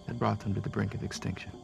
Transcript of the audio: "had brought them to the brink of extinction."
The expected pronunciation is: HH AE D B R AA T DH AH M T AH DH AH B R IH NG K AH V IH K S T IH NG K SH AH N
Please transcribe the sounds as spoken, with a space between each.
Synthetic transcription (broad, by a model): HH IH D B R AA T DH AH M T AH DH AH B R IH NG K AH V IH K S T IH NG K SH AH N